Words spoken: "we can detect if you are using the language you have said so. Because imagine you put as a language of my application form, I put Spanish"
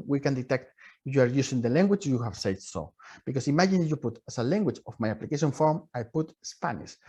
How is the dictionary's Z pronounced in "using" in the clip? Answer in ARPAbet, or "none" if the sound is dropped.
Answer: S